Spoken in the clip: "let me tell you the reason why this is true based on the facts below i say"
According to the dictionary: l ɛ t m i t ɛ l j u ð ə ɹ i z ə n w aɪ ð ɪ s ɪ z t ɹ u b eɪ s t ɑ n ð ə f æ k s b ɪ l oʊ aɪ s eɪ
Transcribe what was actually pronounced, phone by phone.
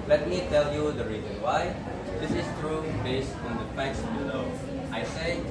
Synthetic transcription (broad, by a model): l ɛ t m i t ɛ l j u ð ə ɹ i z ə n w aɪ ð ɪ s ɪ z t ɹ u b eɪ s t ɑ n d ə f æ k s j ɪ n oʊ aɪ s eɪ